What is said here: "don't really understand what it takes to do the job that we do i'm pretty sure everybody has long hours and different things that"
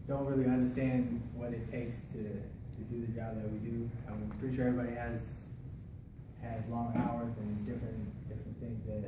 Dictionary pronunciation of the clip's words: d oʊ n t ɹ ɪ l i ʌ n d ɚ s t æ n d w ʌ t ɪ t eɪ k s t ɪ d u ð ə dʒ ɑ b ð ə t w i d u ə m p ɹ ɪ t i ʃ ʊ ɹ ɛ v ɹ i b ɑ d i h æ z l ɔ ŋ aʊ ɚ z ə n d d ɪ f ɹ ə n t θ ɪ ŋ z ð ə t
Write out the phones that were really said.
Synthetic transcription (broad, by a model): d oʊ n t ɹ ɪ l i ʌ n d ɚ s t æ n d w ʌ t ɪ t eɪ k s t ɪ d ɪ ð ə dʒ ɑ b ð ə t w i d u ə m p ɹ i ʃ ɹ ɛ ɹ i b ɑ d i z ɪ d l ɔ ŋ aʊ ɚ z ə n d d ɪ f ɹ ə n θ ɪ ŋ z ð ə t